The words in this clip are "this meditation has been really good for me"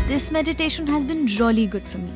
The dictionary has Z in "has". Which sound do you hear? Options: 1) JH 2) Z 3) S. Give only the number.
2